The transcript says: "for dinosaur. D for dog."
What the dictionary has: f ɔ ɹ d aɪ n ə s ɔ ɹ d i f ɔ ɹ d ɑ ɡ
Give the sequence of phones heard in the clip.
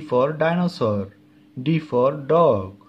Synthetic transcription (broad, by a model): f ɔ ɹ d aɪ n ə s ɔ ɹ d i f ɔ ɹ d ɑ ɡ